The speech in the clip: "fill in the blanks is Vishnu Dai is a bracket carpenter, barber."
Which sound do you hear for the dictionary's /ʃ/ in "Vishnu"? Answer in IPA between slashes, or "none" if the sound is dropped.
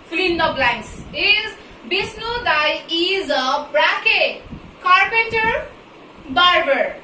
/s/